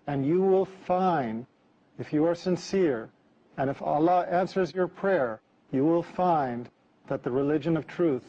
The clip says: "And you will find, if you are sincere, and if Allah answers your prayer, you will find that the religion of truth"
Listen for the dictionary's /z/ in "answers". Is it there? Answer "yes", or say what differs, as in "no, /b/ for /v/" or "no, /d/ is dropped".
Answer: yes